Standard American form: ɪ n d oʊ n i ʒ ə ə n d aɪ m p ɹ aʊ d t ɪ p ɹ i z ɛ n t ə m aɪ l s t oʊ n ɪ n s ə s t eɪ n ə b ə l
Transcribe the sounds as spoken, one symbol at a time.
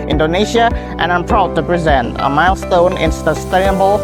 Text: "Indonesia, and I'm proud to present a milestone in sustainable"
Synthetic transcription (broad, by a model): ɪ n d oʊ n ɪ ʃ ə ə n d aɪ m p ɹ aʊ d t ɪ p ɹ i z ɛ n t ə m aɪ l s t oʊ n ɪ n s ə s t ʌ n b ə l